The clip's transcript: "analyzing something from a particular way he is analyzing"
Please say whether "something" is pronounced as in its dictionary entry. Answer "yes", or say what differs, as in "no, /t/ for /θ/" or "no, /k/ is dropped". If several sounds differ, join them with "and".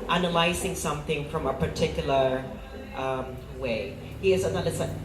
yes